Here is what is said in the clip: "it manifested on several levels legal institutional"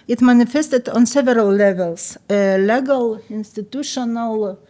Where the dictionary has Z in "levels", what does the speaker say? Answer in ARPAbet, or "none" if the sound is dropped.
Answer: S